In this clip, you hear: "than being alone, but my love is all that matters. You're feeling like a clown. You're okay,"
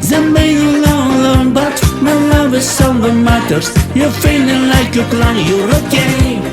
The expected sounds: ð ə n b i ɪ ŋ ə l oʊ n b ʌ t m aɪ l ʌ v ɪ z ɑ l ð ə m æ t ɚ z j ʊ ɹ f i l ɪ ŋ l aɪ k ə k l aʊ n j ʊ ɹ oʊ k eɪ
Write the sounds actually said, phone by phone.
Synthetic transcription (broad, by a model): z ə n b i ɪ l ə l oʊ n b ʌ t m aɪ l ʌ v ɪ s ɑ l ð ə m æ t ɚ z j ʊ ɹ f i l ɪ ŋ l aɪ k ə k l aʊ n j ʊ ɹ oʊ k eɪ